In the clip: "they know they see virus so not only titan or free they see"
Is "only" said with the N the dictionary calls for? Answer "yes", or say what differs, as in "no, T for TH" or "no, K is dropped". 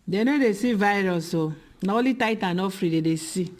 no, N is dropped